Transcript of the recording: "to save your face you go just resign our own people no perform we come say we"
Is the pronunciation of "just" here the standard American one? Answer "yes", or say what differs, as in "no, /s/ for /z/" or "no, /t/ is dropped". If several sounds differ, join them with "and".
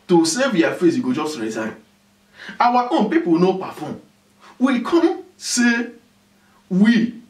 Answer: yes